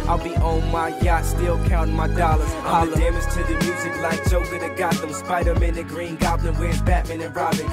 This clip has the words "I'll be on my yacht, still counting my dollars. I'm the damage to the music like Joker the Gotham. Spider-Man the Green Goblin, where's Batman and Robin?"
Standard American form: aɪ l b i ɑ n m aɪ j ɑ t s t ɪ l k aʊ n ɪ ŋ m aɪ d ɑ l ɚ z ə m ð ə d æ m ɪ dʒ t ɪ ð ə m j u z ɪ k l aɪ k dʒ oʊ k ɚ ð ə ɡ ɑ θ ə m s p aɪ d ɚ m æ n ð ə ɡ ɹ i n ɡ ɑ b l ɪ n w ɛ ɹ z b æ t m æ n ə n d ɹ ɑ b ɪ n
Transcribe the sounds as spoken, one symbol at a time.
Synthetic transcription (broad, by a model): aɪ l b i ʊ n m aɪ j ɑ t s t ɪ l k aʊ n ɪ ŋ m aɪ d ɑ l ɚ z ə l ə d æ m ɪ z t ɪ ð ə m j u z ɪ k l aɪ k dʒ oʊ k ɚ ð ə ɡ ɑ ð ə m s p aɪ d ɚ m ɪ n ð ə ɡ ɹ i n ɡ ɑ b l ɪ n w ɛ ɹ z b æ t m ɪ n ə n ɹ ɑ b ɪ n